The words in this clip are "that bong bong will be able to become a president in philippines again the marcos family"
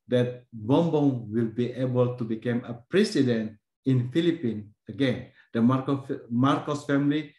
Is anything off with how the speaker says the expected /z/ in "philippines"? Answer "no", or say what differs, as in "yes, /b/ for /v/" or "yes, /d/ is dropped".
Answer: yes, /z/ is dropped